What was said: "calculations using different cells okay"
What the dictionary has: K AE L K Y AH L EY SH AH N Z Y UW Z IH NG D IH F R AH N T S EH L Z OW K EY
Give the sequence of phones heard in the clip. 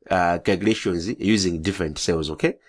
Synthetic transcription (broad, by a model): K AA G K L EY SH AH N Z Y UW Z IH NG D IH F R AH N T S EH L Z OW K EY